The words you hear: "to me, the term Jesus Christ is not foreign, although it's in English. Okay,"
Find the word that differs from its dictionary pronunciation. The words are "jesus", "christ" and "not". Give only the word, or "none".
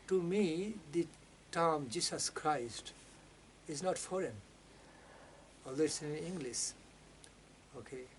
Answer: jesus